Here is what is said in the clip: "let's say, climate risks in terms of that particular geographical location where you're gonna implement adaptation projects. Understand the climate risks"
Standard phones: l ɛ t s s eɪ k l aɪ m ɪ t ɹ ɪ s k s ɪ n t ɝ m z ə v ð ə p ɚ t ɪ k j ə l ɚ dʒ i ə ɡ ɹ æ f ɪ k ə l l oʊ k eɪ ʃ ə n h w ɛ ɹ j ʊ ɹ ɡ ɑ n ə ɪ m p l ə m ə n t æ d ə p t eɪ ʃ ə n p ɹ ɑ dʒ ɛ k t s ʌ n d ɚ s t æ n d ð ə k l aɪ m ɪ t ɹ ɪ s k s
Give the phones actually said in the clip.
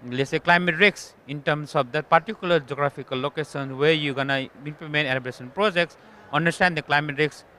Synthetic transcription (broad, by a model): l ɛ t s s eɪ k l aɪ m ɪ t ɹ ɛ k s ɪ n t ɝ m s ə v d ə p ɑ t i k j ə l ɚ dʒ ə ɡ ɹ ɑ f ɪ k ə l l oʊ k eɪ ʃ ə n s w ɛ ɹ j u ɡ ɑ n ə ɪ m p l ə m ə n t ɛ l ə b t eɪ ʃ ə n p ɹ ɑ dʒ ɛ k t s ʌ n d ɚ s t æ n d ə k l aɪ m ɪ t ɹ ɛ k s